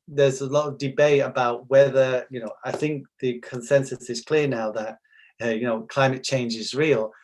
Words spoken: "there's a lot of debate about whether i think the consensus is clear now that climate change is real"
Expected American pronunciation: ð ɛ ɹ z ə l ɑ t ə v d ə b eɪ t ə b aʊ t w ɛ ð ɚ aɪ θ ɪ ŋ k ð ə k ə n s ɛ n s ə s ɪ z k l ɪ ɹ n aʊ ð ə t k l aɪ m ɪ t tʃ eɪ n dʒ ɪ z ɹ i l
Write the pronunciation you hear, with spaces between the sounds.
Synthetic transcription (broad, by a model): ð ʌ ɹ z ə l ɑ t ə v d ə b eɪ t ə b aʊ t w ɛ ð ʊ aɪ θ ɪ ŋ k ð ə k ə n s ɛ n s ə s ɪ z k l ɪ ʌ n aʊ ð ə t k l aɪ m ɪ t tʃ eɪ n dʒ ɪ z ɹ i l